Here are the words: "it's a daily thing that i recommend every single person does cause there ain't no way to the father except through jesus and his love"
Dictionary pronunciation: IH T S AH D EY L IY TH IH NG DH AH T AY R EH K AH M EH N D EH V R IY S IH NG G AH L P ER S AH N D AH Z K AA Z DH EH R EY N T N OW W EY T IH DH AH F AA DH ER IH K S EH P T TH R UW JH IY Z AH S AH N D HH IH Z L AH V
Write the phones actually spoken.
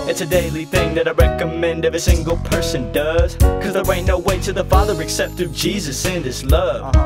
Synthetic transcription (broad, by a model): IH T S AH D EY L IY TH IH NG DH AH T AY R EH K AH M EH N D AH V IY S IH NG G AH L P ER S AH N D AH Z K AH Z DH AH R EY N N OW W EY T IH DH AH F AA DH ER IH K S EH P T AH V JH IY Z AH S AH N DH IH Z L AH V